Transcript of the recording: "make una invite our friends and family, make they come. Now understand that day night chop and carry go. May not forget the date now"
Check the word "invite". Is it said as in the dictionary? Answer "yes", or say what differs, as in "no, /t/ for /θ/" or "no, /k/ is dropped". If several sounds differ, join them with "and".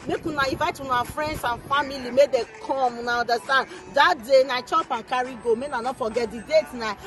no, /n/ is dropped